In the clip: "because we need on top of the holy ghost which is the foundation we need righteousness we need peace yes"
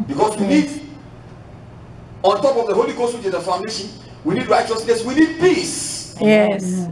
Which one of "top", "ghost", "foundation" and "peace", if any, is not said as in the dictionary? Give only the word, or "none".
none